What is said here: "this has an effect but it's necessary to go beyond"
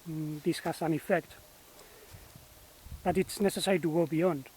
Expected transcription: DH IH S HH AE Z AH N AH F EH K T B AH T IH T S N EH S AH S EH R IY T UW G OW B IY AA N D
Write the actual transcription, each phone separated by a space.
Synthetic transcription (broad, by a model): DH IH S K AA S AH N AH F EH K T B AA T IH T S N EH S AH S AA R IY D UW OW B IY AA N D